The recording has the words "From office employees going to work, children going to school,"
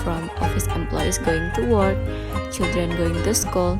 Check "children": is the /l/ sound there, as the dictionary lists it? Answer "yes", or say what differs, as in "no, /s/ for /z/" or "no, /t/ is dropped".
yes